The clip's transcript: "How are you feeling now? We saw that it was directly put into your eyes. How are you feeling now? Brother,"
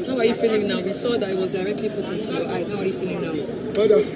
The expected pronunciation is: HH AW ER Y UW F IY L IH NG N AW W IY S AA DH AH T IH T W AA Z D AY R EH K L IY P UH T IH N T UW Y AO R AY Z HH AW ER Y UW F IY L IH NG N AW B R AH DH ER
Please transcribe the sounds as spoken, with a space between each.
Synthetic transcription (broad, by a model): HH AW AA Y UW F IY L IH NG N AW W IY S AA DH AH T IH T W AA Z D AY R EH K L IY F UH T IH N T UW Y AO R AY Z HH AW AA Y UW F IY L IH NG N AW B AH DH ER